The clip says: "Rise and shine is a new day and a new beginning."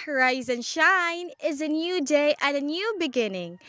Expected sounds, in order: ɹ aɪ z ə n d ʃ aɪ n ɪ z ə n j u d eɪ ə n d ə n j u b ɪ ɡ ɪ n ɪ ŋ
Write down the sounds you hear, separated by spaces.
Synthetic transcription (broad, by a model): ɹ aɪ z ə n ʃ aɪ n ɪ z ə n j u d eɪ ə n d ə n j u b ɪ ɡ ɪ n ɪ ŋ